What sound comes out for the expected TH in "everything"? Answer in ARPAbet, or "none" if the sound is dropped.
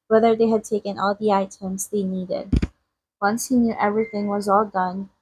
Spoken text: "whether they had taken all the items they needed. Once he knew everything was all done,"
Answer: TH